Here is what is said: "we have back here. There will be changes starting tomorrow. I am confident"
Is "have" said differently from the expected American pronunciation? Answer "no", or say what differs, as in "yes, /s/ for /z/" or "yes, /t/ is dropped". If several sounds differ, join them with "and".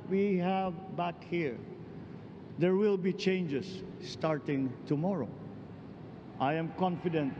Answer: no